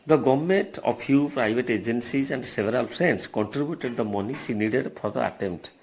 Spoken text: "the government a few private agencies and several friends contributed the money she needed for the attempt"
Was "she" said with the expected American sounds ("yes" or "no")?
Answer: no